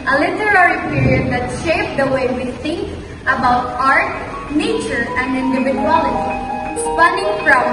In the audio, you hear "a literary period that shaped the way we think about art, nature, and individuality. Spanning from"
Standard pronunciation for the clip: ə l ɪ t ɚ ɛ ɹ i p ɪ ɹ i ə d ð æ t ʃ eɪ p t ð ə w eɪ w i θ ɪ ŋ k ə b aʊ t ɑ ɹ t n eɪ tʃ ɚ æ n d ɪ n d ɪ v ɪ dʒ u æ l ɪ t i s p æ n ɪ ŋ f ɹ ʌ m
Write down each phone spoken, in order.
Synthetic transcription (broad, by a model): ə l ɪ t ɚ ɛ ɹ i p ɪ ɹ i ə d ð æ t ʃ eɪ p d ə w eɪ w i s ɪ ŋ ə b aʊ t ɑ ɹ t n eɪ tʃ ɚ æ n d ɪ n d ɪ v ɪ dʒ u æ l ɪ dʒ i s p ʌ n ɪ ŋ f ɹ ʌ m